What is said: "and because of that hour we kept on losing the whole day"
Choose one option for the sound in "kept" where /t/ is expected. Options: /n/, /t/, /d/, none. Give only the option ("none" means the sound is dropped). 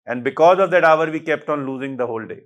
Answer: /t/